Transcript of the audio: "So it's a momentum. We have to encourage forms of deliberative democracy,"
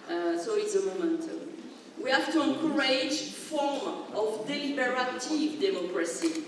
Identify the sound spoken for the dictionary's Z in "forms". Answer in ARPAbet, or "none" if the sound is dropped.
none